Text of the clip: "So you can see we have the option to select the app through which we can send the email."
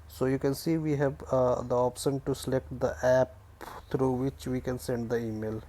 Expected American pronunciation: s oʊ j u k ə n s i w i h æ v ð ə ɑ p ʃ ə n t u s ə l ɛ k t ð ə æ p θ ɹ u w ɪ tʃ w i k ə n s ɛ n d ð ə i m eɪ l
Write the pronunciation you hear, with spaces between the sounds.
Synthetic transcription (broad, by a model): s oʊ j u k ə n s i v i h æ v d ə ɑ p ʃ ə n t u s ə l ɛ k t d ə æ p t ɹ u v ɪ tʃ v i k ə n s ɛ n d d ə i m eɪ l